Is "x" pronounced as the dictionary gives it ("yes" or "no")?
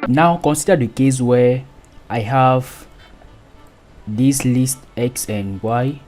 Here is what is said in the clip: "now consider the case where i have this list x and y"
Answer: yes